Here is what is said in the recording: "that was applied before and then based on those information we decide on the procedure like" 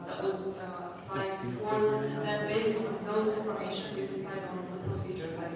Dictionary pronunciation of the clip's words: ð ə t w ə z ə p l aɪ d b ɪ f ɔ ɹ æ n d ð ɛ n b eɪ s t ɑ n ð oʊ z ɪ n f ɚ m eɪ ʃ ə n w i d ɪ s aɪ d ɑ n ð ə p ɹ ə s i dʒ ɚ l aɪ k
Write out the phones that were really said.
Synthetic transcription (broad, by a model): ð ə t w ə z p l aɪ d b ɪ f ɔ ɹ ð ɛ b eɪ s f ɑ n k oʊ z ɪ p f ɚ eɪ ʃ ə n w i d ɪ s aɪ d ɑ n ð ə p ɹ ə s i dʒ ɚ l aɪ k